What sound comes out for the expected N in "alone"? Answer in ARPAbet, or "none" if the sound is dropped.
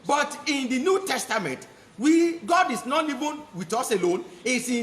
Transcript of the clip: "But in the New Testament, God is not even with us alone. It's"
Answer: N